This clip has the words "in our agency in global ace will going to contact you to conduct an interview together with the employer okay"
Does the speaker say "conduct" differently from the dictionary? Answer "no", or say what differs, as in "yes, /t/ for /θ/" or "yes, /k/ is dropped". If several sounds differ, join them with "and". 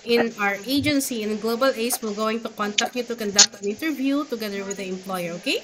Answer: no